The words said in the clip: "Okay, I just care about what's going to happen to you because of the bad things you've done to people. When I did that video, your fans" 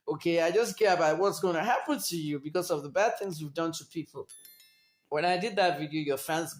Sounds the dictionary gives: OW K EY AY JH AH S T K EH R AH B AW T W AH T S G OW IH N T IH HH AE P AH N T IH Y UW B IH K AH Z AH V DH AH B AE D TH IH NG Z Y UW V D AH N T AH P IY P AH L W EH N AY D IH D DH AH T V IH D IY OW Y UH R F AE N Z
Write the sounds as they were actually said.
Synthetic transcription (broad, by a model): OW K EY AY JH AH S K EH R AH B AW T W AH T S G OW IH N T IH HH AE P AH N T IH Y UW B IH K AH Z AH V DH AH B AE D TH IH NG Z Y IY V D AH N T AH P IY P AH L W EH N AY D IH D DH AH T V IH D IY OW Y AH R F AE N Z